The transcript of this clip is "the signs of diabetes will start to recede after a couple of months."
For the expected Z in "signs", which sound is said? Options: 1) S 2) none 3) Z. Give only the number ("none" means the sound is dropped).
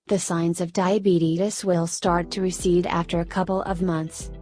3